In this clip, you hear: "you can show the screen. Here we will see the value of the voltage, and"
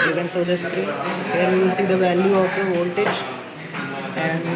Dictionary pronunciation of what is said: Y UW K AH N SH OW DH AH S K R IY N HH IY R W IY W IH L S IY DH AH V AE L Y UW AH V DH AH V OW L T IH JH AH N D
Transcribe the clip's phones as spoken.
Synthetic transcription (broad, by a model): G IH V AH N S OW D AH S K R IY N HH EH R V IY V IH L S IY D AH V AE L Y UW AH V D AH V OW L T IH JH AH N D